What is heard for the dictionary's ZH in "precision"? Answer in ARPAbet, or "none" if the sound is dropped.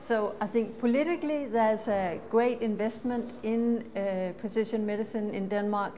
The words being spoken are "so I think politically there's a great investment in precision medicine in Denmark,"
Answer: SH